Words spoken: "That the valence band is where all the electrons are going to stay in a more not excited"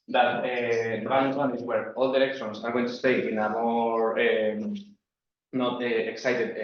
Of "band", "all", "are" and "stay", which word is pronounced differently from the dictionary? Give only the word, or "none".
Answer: band